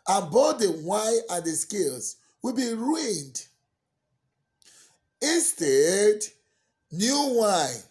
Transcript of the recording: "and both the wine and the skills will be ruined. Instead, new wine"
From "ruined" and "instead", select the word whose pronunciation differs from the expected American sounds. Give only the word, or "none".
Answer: none